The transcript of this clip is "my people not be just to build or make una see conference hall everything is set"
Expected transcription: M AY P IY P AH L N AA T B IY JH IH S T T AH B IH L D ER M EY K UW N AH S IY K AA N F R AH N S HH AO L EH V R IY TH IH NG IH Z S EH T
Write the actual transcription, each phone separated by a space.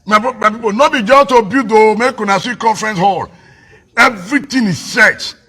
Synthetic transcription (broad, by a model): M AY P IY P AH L N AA B IY JH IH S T T AH B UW D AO M EY K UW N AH S IY K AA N F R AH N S HH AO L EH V R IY T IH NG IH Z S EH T